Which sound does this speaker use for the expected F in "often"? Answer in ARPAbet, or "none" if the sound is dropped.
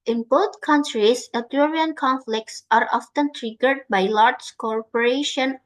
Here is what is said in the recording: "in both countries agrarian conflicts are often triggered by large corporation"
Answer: F